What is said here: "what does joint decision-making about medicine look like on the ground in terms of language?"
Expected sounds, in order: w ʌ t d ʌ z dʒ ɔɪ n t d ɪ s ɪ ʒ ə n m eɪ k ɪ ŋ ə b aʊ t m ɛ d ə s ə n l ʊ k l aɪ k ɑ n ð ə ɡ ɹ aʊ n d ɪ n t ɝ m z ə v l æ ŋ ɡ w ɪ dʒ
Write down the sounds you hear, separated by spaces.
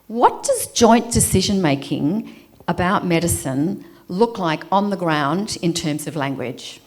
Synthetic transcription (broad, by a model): w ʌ t d ʌ z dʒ ɔɪ n d ɪ s ɪ ʒ ə n m eɪ k ɪ ŋ ə b aʊ t m ɛ d ə s ə n l ʊ k l aɪ k n ð ə ɡ ɹ aʊ n d ɪ n t ɝ m z ə v l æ ŋ ɡ w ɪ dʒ